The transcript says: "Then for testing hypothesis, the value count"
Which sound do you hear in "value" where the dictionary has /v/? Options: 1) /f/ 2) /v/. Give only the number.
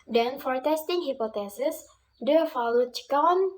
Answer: 1